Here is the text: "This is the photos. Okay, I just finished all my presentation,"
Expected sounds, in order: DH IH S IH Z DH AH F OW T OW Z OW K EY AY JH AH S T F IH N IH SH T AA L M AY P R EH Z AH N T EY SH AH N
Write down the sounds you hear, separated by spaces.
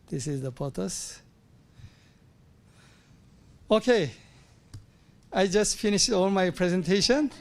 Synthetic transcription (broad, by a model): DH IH S IH Z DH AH P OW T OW S OW K EY AY JH AH S T F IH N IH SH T AA L M AY P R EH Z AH N T EY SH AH N